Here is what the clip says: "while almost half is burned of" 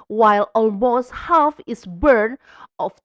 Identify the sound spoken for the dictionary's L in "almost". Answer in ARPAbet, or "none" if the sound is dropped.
L